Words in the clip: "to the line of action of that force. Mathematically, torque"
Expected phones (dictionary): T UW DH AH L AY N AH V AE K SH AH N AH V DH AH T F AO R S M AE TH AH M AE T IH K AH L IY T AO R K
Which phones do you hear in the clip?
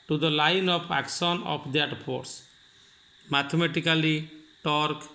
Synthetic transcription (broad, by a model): T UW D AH L AY N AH P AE K S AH N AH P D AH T P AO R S M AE T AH M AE T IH K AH L IY T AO R K